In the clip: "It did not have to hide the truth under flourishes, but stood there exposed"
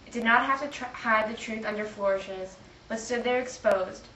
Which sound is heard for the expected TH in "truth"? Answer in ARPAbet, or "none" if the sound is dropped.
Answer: TH